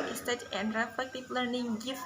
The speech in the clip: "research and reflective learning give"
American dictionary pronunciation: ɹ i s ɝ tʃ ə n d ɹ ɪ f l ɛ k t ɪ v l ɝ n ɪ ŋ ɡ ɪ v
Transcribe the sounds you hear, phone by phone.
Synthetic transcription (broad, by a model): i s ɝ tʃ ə n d ɹ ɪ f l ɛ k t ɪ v l ɝ n ɪ ŋ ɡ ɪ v